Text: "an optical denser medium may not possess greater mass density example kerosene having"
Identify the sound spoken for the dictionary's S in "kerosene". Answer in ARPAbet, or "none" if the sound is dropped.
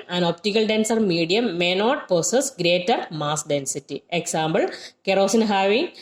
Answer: S